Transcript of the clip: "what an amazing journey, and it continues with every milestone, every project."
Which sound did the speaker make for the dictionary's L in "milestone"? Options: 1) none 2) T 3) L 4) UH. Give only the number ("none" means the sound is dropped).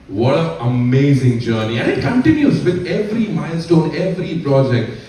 3